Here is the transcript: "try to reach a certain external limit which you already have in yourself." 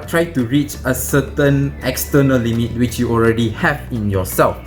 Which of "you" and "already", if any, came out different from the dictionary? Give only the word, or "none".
none